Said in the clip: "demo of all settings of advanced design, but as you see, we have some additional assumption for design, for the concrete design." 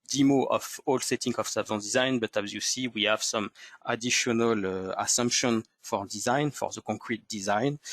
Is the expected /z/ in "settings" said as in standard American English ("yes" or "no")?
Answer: no